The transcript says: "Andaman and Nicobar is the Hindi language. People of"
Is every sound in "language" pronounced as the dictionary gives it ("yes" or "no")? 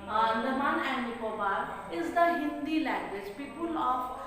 yes